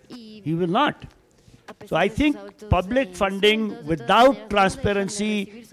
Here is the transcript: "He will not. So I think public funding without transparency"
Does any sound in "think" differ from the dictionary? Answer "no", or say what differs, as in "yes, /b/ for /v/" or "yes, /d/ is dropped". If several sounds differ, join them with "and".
yes, /t/ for /θ/